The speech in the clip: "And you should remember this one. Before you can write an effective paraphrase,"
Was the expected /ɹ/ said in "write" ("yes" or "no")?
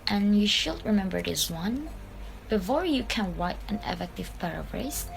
no